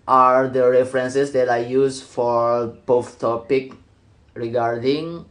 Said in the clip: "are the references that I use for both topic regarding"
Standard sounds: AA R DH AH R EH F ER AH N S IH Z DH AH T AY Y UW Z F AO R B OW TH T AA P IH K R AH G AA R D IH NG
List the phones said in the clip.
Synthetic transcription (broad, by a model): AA R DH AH R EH F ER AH N S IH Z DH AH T AY Y UW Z F AO R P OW F T AA P IH K R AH G AA R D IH NG